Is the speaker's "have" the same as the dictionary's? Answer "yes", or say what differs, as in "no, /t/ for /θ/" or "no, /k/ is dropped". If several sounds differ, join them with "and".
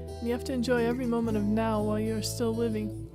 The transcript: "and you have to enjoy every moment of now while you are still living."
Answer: no, /f/ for /v/